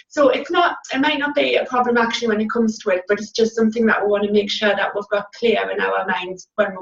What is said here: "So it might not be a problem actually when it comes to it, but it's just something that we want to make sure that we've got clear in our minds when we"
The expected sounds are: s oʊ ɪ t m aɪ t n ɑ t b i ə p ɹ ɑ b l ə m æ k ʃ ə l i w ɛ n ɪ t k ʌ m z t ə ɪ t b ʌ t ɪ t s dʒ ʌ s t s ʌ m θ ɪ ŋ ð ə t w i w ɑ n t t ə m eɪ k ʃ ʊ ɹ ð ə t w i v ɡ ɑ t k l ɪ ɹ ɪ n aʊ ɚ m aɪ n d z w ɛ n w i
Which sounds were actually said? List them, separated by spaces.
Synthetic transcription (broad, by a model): s oʊ ɪ t m aɪ t n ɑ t b i ə p ɹ ɑ b l ə m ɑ k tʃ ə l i w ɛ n ɪ t k ʌ m z t ə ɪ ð b ʌ t ɪ t s dʒ ʌ s t s ʌ m θ ɪ ŋ ð ə t w i w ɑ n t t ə m eɪ k ʃ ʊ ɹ ð ə t w i v ɡ ɑ t k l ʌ ɹ ɪ n aʊ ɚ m aɪ n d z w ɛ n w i